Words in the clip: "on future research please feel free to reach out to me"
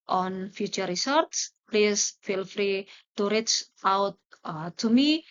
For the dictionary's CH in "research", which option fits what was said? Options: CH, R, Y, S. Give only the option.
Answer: S